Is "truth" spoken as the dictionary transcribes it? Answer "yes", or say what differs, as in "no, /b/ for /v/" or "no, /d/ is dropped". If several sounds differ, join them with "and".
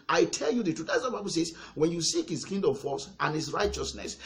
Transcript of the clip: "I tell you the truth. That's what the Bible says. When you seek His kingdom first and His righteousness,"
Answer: no, /ɹ/ is dropped